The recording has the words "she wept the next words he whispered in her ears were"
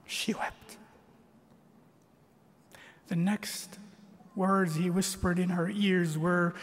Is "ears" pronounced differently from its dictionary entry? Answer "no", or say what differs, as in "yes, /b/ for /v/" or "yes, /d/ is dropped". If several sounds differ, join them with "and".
no